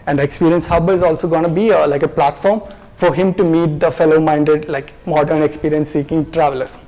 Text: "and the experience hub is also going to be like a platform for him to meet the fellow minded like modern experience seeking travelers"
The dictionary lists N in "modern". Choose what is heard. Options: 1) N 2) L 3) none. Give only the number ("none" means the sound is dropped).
1